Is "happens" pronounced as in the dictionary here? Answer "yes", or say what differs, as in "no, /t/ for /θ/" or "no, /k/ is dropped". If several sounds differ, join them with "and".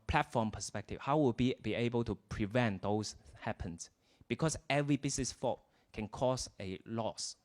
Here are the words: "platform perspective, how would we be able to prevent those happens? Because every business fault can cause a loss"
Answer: no, /s/ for /z/